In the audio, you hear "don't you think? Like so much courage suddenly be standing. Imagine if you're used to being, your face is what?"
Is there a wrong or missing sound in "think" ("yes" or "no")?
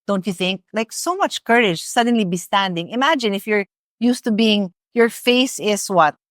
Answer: no